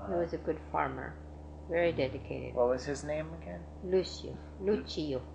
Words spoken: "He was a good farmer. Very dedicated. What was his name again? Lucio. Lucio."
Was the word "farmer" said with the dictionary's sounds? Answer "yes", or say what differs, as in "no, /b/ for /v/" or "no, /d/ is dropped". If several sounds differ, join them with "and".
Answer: yes